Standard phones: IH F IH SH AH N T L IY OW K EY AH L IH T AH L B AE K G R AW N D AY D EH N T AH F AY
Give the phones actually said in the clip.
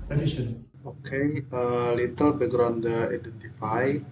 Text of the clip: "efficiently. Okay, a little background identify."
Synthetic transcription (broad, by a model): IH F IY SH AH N OW K EY AH L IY T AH L B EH G R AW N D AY D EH N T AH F AY